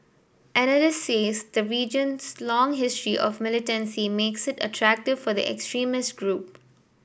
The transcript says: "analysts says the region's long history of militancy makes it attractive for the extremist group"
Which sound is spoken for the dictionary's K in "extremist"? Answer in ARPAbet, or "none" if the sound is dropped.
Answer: K